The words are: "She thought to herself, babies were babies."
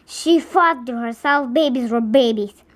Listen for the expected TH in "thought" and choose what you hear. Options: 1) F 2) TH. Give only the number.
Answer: 1